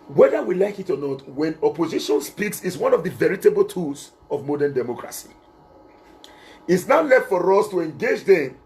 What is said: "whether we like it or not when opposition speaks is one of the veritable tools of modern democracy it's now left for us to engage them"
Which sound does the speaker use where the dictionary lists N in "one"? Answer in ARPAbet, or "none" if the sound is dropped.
N